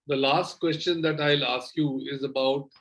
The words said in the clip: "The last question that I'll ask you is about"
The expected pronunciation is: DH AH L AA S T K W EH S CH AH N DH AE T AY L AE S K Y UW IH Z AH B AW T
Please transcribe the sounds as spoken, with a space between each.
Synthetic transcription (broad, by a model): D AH L AA S T K W EH S CH AH N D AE T AY L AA S K Y UW IH Z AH B AW T